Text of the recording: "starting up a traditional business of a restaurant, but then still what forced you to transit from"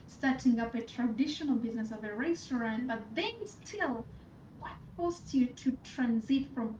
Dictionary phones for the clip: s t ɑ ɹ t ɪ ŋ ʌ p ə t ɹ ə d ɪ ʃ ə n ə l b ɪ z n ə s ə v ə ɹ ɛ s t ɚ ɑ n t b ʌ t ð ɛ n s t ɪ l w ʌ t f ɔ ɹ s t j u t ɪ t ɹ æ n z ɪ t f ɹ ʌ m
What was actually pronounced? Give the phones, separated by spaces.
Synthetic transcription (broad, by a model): s t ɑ ɹ t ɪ ŋ ʌ p ə t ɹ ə d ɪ ʃ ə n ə l b ɪ z n ə s ə v ə ɹ ɛ s t ɚ ɑ n t b ʌ t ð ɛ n s t ɪ l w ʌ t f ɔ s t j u t ɪ t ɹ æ n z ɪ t f ɹ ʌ m